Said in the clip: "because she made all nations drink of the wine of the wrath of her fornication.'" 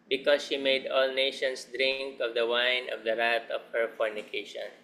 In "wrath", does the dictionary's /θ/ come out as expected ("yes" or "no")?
no